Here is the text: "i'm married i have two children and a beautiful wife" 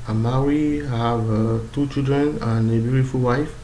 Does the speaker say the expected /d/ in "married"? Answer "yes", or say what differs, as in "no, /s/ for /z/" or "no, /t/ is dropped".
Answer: no, /d/ is dropped